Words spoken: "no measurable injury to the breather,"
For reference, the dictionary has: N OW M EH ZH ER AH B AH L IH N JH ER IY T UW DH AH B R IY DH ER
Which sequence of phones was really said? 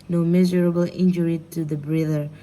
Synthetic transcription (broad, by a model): N OW M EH Z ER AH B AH L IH N JH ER IY T UW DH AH B R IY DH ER